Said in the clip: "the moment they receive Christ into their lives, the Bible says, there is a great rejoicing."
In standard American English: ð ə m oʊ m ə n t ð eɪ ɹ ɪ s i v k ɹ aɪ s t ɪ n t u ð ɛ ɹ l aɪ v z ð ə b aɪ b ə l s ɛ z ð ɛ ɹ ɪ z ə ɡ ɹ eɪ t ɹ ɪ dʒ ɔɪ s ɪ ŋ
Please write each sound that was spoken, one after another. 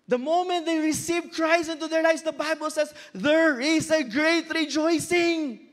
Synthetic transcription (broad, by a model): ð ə m oʊ m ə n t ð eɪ ɹ ɪ s i v k ɹ aɪ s ɪ n t u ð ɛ ɹ l aɪ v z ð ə b aɪ b ə l s ɛ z ð ɛ ɹ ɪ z ə ɡ ɹ eɪ t ɹ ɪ dʒ ɔɪ s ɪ ŋ